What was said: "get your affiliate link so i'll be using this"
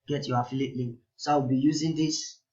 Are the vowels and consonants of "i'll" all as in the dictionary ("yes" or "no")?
no